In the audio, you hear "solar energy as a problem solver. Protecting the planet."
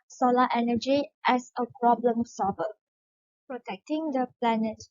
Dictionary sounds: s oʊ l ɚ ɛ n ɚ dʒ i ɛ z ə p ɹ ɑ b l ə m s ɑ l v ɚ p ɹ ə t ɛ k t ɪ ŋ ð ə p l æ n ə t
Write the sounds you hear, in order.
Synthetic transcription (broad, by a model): s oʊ l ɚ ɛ n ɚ dʒ i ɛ s ə p ɹ ɑ b l ə m s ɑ v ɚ p ɹ ə t ɛ k t ɪ ŋ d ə p l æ n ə t